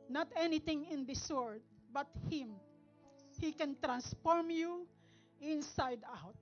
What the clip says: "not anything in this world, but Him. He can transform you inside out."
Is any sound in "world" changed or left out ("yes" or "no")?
yes